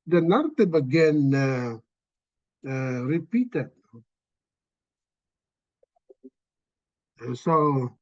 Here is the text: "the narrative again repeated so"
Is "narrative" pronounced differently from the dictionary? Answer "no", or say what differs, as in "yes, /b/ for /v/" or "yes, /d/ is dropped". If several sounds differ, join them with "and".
yes, /b/ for /v/